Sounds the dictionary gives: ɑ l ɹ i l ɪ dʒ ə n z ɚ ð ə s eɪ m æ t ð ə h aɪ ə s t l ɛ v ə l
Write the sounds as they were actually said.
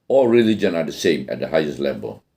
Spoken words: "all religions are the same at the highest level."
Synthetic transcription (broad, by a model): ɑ l ɹ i l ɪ dʒ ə n ɚ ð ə s eɪ m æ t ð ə h aɪ ə s t l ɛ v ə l